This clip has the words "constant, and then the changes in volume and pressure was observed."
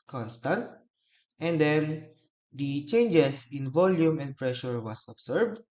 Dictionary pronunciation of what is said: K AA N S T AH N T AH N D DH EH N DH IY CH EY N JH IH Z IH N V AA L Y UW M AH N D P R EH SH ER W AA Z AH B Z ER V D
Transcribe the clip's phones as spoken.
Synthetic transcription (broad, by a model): K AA N S T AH N T AH N D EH N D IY CH EY N JH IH S IH N V AA L Y UW M AH N D P R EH SH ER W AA S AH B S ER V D